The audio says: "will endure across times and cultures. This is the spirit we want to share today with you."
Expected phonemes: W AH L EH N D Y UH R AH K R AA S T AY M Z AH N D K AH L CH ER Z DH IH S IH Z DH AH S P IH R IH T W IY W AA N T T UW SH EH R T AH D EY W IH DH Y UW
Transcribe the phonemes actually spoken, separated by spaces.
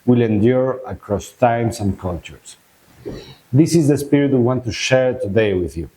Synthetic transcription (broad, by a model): W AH L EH N D Y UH R AH K R AA S T AY M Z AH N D K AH L CH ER S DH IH S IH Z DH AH S P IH R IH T W IY W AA N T T UW SH EH R T AH D EY W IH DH Y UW